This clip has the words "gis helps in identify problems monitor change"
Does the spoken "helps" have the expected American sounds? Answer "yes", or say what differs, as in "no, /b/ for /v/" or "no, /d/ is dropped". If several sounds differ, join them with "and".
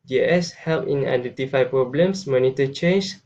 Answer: no, /s/ is dropped